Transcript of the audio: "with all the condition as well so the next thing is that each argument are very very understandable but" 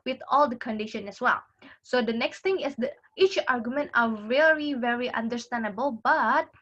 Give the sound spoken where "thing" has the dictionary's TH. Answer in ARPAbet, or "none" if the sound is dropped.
T